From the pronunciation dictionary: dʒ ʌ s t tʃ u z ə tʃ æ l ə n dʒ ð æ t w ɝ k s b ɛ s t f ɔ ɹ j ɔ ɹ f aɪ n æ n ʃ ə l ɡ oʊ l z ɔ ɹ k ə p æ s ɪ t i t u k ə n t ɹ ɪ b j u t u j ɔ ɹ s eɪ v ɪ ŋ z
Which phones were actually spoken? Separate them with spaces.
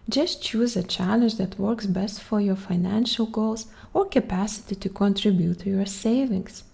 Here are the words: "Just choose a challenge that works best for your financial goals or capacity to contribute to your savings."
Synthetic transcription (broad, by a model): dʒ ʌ s t tʃ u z ə tʃ æ l ə n dʒ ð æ t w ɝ k s b ɛ s t f ɔ ɹ j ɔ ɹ f aɪ n æ n ʃ ə l ɡ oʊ l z ɔ ɹ k ə p æ s ɪ t i t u k ə n t ɹ ɪ b j u t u j ɔ ɹ s eɪ v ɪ ŋ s